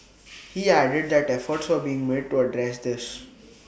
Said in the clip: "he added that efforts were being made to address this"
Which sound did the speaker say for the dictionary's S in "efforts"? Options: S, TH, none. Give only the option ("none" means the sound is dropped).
S